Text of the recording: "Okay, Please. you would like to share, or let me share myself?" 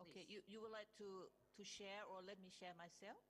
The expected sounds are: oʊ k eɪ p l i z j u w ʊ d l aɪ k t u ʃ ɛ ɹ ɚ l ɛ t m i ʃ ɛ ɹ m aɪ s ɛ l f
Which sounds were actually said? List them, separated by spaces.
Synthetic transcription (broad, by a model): oʊ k eɪ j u j u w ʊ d l aɪ k t u ʃ ɛ ɹ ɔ l ɛ t m i ʃ ɛ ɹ m aɪ s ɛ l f